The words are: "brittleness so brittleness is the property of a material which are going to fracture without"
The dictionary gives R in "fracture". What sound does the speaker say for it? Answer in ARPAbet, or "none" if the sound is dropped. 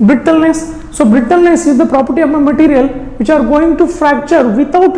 R